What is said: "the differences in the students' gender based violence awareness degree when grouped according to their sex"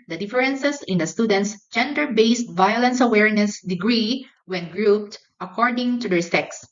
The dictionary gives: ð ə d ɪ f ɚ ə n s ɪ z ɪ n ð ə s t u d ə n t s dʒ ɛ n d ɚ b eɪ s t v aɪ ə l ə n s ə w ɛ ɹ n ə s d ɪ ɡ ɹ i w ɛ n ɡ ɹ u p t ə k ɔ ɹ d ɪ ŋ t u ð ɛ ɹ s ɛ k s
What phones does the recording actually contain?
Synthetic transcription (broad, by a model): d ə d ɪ f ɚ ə n s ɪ s ɪ n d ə s t u d ə n t s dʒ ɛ n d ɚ b eɪ s t v aɪ ə l ə n s ə w ɛ ɹ n ə s d ɪ ɡ ɹ i w ɛ n ɡ ɹ u p t ə k ɔ ɹ d ɪ ŋ t u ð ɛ ɹ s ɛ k s